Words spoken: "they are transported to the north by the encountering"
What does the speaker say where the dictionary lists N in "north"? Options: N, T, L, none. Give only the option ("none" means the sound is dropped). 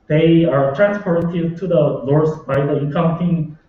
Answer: L